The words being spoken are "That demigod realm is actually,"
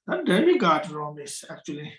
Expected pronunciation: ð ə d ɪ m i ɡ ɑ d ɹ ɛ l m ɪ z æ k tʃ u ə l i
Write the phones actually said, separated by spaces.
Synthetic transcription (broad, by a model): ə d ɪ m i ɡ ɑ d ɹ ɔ m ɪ s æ k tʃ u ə l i